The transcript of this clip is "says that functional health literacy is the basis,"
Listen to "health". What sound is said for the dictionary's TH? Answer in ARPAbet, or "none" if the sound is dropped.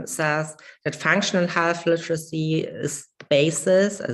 F